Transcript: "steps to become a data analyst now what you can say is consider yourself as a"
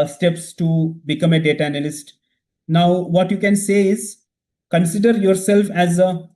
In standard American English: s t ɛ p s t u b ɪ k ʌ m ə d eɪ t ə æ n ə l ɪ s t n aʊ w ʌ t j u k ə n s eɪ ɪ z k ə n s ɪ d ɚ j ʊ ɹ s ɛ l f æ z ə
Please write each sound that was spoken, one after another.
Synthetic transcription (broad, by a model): s t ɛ p s t u b ɪ k ʌ m ə d eɪ t ə æ n ə l ɪ s t n aʊ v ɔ t j u k ə n s eɪ ɪ z k ə n s ɪ d ɚ j ʊ ɹ s ɛ l f æ z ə